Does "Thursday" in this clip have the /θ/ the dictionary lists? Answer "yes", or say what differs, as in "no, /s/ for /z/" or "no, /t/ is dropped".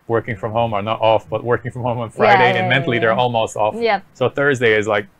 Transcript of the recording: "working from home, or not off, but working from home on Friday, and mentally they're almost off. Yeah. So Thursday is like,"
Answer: yes